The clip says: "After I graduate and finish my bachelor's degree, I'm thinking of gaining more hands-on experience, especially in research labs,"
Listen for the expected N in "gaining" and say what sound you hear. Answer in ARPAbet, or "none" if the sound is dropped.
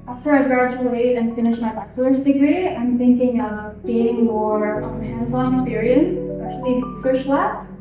none